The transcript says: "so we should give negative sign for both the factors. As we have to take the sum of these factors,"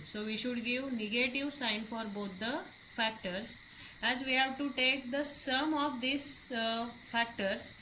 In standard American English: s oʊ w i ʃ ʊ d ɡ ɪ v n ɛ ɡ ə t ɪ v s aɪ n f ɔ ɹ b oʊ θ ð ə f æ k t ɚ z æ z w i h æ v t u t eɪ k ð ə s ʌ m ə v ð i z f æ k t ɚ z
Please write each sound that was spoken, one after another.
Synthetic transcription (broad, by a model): s oʊ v i ʃ ʊ d ɡ ɪ v n ɛ ɡ ə t ɪ v s aɪ n f ɔ ɹ b oʊ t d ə f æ k t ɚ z æ z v i h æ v t u t eɪ k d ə s ʌ m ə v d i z f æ k t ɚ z